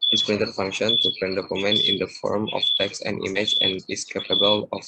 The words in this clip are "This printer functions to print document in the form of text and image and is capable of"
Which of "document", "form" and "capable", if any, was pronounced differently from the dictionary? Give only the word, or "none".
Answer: document